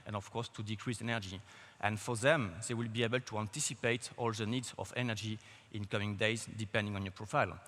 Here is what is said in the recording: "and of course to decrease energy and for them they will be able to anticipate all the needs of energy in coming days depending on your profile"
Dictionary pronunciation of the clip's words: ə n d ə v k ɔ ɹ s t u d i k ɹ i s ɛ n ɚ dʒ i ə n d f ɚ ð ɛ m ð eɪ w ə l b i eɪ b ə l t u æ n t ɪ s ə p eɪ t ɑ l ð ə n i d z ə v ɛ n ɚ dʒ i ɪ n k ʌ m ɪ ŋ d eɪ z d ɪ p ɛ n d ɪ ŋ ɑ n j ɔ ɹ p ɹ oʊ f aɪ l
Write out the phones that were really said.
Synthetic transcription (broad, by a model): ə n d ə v k ɔ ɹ s t u d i k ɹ i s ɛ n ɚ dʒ i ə n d f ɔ ð ɛ m ð eɪ w ə l b i eɪ b ə l t u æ n t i s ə p eɪ t ɑ l ð ə n i d z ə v ɛ n ɚ dʒ i ɪ n k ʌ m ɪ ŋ d eɪ z d ɪ p ɛ n d ɪ ŋ ɑ n j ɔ p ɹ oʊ f aɪ l